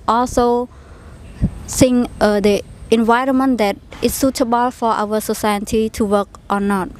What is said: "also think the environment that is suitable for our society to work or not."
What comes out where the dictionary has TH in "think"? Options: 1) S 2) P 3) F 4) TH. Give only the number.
1